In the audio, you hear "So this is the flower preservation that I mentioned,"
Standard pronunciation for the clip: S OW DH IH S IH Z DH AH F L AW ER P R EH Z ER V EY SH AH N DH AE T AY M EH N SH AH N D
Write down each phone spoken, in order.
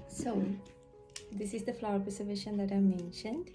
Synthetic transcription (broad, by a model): S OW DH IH S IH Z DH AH F L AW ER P EH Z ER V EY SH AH N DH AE T AY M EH N SH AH N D